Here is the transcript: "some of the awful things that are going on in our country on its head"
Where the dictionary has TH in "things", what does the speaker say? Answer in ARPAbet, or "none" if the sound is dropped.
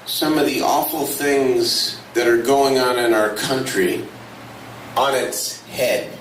TH